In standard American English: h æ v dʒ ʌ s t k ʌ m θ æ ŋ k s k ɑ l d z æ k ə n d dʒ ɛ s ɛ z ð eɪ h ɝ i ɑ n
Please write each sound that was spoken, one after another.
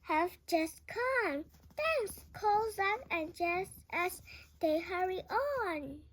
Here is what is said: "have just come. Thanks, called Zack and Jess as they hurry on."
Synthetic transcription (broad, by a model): h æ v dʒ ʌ s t k ʌ m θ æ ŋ s k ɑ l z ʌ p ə n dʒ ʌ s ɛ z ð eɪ h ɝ i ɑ n